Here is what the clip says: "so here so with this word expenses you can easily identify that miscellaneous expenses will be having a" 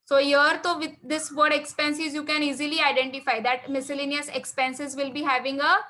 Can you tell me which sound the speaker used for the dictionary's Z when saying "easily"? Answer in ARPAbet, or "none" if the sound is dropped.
Z